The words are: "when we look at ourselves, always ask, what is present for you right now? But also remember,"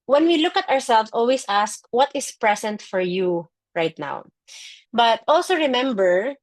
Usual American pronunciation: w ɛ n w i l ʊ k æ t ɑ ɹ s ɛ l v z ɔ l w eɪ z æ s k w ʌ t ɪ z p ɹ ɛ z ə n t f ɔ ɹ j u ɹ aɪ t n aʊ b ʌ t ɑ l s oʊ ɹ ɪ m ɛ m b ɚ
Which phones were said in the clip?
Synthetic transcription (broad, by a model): w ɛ n w i l ʊ k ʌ t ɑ ɹ s ɛ l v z ɔ l w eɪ s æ s k w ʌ t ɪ s p ɹ ɛ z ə n t f ɔ ɹ j u ɹ aɪ t n aʊ b ʌ t ɑ l s oʊ ɹ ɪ m ɛ m b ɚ